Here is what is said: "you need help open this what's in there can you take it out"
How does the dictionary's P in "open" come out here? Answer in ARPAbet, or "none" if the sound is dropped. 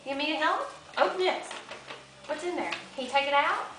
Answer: none